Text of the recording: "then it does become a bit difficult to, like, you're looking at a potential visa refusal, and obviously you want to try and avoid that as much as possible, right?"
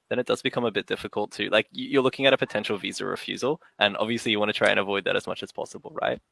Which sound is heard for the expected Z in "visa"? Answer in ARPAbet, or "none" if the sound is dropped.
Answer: Z